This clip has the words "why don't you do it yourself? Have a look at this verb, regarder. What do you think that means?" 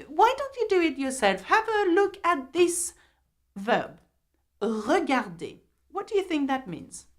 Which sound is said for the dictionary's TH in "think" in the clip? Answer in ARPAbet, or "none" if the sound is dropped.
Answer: TH